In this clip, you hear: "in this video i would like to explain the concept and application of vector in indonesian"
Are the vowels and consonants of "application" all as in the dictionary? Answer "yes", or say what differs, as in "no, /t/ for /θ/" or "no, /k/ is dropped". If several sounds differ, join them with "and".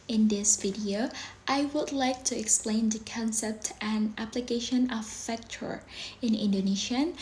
yes